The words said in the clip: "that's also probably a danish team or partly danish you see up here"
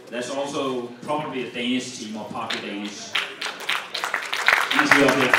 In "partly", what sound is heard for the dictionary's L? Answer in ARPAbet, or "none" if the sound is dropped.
none